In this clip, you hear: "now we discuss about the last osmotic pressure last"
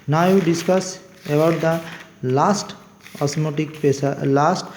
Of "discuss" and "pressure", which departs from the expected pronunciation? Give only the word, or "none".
pressure